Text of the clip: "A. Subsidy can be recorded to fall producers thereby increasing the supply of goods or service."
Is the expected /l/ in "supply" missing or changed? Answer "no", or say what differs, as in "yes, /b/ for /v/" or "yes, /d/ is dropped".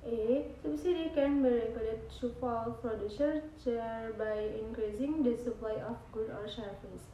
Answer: no